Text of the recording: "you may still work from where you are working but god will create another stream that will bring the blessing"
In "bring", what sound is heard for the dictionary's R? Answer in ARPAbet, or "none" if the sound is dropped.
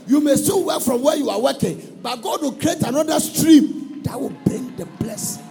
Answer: R